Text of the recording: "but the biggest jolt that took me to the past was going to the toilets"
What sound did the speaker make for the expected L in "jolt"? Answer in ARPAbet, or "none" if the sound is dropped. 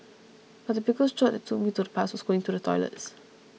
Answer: none